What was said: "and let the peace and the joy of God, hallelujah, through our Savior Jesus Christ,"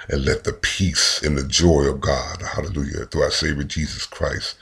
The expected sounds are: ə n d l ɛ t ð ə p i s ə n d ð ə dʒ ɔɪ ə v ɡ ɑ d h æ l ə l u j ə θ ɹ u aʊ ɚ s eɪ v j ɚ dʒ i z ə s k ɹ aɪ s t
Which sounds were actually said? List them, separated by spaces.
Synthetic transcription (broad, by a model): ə n l ɛ t ð ə p i s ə n ð ə dʒ ɔɪ ə v ɡ ɑ d h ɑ l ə l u j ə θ u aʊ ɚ s eɪ v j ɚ dʒ i z ə s k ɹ aɪ s t